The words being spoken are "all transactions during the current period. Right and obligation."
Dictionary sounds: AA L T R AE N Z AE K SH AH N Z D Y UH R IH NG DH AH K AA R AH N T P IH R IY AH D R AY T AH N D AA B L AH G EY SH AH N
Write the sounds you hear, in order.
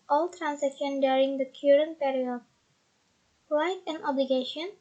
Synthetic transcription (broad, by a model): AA L T R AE N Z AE K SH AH N D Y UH R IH NG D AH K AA R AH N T P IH R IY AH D L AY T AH N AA B L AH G EY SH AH N